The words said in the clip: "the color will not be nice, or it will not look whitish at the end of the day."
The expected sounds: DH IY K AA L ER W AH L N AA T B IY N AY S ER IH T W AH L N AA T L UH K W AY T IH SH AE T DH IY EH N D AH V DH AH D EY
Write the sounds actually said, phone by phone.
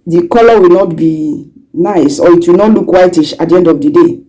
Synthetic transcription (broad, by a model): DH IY K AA L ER W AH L N AA T B IY N AY S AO IH T W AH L N AA T L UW K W AY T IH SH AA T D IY EH N D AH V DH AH D EY